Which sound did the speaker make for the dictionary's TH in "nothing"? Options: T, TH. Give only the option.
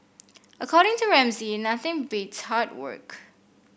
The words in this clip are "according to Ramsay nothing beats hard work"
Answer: TH